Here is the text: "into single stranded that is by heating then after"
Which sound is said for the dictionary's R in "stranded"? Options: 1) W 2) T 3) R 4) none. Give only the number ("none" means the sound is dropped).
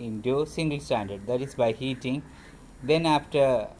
4